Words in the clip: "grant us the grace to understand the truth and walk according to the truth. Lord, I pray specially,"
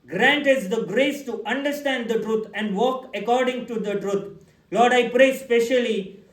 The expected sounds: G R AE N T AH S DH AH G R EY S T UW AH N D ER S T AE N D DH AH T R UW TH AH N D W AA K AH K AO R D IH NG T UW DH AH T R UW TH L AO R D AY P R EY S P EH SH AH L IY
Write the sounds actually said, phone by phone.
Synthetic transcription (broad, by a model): G R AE N T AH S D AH G R EY S T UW AH N D ER S T AE N D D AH T R UW T AH N D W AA K AH K AO R D IH NG T UW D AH T R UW T L AO R D AY P R EY S P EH SH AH L IY